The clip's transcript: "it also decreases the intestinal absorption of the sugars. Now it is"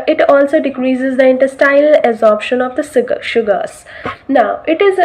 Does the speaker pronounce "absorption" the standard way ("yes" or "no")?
no